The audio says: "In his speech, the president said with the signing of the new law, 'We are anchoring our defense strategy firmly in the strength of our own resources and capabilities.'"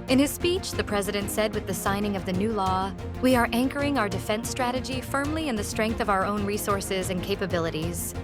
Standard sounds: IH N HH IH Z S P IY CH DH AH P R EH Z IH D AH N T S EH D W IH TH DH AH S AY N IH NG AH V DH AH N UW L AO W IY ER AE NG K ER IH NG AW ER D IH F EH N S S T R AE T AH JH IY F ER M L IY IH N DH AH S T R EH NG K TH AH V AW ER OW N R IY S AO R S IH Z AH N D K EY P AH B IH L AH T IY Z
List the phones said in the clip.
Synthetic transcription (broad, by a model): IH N IH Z S P IY CH DH AH P R EH Z IH D AH N T S EH D W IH DH AH S AY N IH NG AH V DH AH N UW L AO W IY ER AE NG K ER IH NG AW ER D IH F EH N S S T R AE T AH JH IY F ER M L IY IH N DH AH S T R EH NG K TH AH V AW ER OW N R IY S AO R S IH Z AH N K EY P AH B IH L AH T IY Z